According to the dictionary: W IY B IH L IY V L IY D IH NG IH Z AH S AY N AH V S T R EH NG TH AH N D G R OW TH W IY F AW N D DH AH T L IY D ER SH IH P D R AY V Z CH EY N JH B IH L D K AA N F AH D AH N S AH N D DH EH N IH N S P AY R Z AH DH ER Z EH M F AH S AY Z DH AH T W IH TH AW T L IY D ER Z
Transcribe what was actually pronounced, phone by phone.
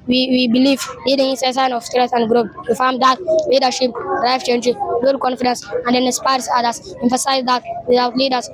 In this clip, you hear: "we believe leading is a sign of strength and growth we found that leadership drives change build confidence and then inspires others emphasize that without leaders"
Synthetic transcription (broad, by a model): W IY B IH L IY V L IY D IH NG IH S AH S AY N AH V S T R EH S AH N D G R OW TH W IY F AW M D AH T L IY D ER SH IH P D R AY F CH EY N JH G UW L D K AA N F AH D AH N S AH N D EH N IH S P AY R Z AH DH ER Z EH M F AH S AY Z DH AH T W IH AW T L IY D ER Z